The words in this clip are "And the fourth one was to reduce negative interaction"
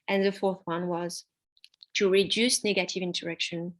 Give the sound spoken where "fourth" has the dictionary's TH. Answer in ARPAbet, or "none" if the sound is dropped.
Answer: TH